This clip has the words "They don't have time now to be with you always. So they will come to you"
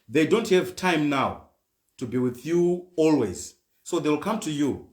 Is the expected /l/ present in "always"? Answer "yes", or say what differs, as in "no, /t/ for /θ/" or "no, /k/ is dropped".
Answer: yes